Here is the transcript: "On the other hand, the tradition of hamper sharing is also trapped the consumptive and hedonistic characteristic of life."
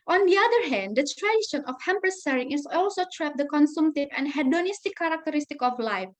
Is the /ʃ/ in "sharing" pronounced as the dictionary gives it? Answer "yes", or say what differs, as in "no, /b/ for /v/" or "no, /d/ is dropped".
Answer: no, /s/ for /ʃ/